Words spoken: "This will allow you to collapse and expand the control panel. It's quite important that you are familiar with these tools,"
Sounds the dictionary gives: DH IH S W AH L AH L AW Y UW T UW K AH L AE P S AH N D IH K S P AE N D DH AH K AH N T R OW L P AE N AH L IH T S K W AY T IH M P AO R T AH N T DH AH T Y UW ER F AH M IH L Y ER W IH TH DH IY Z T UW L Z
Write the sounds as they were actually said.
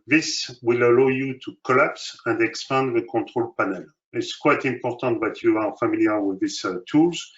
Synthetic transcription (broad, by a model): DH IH S W AH L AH L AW Y UW T UW K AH L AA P S AH N D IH K S P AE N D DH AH K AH T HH OW L P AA N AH L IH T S K W AY T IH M P AO R T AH T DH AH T Y UW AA F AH M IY L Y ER W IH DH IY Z T UW L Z